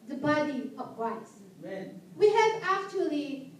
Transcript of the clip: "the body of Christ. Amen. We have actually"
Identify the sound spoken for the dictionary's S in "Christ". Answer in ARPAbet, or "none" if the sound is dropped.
none